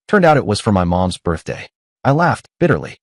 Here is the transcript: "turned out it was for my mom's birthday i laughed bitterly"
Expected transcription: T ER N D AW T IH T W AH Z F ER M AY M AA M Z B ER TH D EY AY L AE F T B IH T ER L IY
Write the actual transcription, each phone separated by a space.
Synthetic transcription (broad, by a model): T ER N D AW T IH T W AH Z F ER M AY M AA M Z B ER TH D EY AY L AE F T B IH T ER L IY